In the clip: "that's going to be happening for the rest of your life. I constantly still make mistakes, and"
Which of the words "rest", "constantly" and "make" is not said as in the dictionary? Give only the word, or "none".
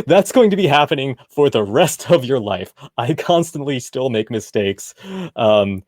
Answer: none